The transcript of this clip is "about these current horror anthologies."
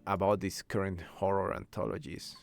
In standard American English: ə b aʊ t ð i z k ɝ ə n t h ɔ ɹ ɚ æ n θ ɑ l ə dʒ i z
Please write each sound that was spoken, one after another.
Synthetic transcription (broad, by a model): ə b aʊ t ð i s k ɝ ə n t h ɔ ɹ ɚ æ n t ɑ l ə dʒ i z